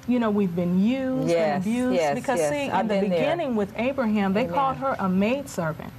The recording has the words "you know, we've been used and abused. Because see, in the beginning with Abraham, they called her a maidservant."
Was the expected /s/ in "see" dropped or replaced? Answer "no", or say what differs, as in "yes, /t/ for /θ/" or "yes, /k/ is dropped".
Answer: yes, /ʃ/ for /s/